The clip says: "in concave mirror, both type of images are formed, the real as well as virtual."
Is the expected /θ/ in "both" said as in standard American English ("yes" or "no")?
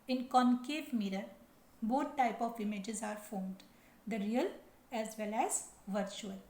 no